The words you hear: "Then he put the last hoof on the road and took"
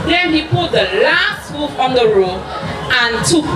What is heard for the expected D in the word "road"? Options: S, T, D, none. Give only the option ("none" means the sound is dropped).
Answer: none